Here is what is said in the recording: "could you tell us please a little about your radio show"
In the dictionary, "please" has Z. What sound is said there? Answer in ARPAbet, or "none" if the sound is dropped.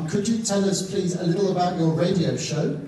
Z